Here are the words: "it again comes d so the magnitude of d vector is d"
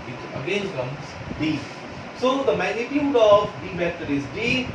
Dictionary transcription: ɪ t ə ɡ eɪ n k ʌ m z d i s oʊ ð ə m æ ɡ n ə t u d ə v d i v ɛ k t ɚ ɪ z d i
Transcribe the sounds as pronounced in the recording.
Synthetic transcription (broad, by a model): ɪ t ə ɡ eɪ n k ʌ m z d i s oʊ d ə m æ ɡ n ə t u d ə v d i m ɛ t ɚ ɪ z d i